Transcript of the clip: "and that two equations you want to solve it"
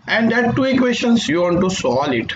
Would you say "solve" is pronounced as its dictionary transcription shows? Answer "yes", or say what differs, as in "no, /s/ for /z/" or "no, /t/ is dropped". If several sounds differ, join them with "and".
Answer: no, /v/ is dropped